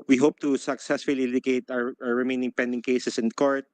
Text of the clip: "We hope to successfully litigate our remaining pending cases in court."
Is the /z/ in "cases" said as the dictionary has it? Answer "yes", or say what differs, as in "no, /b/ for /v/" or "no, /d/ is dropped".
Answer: no, /s/ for /z/